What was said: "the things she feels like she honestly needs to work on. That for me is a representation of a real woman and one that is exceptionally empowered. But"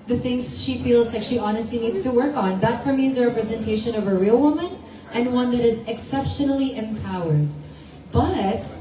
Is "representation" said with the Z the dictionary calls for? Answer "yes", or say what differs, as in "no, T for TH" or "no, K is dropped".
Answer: yes